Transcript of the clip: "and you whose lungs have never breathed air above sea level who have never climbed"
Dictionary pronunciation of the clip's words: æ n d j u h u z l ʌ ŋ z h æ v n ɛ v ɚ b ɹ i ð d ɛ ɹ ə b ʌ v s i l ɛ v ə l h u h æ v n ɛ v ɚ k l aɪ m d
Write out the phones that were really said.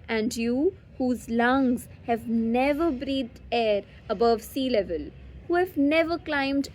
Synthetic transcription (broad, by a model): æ n d j u h u z l ʌ ŋ z h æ v n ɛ v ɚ b ɹ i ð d ɛ ɹ ə b ʌ v s i l ɛ v ə l h u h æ v n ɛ v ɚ k l aɪ m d